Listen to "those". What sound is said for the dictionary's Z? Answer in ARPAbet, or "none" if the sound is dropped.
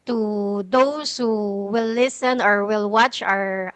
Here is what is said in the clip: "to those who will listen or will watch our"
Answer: S